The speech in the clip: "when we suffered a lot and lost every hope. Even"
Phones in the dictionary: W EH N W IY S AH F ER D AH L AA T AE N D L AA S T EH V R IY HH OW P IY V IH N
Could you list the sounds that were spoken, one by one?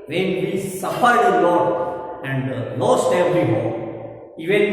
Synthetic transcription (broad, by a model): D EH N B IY S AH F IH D AH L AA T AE N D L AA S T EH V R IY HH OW IY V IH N